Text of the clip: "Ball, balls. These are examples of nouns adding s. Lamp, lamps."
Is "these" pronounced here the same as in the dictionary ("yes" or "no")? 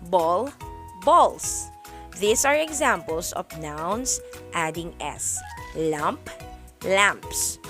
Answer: no